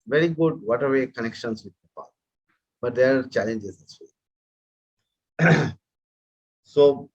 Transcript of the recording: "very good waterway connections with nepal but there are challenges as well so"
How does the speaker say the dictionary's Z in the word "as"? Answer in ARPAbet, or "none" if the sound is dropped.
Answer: S